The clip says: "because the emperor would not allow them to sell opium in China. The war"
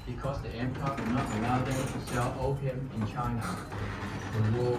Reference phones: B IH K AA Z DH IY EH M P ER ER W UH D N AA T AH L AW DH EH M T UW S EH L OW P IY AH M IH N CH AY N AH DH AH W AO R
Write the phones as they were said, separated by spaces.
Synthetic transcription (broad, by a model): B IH K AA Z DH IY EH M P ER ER N AA T AH L AW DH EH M T UW S EH L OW IY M IH N CH AY N AH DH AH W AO